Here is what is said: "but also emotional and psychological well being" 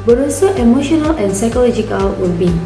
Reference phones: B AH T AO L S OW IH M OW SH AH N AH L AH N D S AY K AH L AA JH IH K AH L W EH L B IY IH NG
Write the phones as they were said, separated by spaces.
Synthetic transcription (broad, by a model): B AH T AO S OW IH M OW SH AH N AH L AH N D S AY K AH L AA JH IH K AH L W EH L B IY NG